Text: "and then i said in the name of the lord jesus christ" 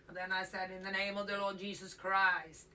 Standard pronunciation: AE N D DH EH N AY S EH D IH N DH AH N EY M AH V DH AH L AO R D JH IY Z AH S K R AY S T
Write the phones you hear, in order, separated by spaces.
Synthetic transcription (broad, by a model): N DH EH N AY S EH D IH N DH AH N EY M AH V DH AH L AO R D JH IY Z AH S K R AY S T